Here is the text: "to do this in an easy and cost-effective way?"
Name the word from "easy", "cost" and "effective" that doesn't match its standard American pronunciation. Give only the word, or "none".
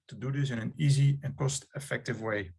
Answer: none